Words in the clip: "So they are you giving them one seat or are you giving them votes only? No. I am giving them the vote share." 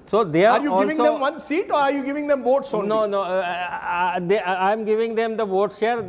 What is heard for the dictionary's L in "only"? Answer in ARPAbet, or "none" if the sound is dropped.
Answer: N